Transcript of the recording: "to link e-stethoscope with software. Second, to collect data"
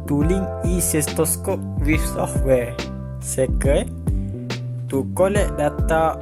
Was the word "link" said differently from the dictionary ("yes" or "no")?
yes